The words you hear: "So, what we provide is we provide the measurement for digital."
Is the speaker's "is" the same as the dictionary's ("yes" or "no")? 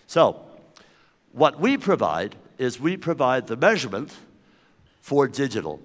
yes